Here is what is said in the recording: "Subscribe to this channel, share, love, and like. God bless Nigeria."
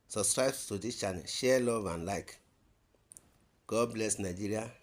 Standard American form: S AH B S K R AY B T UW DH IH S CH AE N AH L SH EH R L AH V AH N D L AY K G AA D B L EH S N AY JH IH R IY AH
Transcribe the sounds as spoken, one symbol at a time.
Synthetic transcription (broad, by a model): S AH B S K R AY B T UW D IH CH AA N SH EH L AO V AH N L AY K G AA D B L EH S N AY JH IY R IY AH